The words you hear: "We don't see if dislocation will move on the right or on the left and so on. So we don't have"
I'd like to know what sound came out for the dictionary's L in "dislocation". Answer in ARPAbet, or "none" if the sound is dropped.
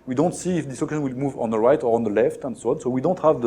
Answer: none